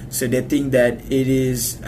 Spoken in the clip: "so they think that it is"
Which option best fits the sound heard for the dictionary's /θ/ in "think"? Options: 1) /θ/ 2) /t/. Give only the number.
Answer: 2